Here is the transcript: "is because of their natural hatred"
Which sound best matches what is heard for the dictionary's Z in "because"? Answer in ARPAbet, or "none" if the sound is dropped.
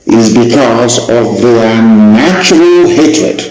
Z